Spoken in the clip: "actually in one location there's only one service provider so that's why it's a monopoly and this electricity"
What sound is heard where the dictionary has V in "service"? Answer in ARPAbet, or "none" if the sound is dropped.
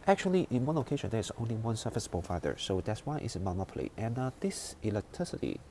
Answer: F